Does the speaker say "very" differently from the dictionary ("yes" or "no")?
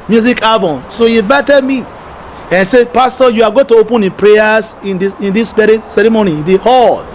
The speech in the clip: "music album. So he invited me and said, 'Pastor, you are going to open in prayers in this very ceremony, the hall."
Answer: yes